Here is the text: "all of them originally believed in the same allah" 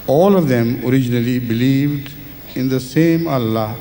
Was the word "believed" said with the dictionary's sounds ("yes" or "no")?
yes